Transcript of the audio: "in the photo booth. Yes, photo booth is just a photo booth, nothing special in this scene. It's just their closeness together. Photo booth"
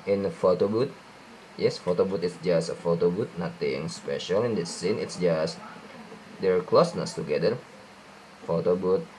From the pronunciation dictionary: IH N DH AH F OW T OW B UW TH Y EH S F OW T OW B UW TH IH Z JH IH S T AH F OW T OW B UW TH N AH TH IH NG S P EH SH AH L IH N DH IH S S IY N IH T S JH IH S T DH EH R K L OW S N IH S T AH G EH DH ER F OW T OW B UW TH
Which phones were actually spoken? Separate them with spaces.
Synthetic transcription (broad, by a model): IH N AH F OW T OW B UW T Y EH S F OW T OW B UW T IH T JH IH S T AH F OW T OW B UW T N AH T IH NG S P EH SH AH L IH N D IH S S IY N IH T S JH IH S T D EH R K L OW S N IH S T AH G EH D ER F OW T OW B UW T